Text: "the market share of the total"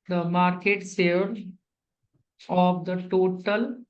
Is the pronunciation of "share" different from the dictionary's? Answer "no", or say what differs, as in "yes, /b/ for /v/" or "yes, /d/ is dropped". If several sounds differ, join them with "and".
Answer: yes, /s/ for /ʃ/